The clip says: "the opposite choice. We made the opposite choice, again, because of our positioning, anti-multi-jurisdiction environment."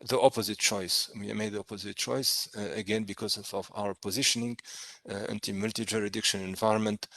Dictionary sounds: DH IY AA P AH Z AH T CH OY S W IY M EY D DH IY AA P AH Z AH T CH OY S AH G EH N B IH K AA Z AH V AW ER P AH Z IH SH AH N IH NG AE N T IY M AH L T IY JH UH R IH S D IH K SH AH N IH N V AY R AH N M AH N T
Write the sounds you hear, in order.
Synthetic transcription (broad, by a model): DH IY AA P AH Z AH T CH OY S W IY M EY D DH IY AA P AH Z AH T CH OY S AH G EH N B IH K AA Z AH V AW ER P AH Z IH SH AH N IH NG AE N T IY M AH L T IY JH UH R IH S D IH K SH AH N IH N V AY R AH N M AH N T